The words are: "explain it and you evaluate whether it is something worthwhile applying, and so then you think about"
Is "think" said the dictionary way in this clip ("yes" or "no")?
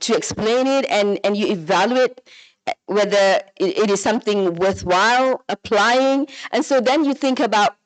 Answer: yes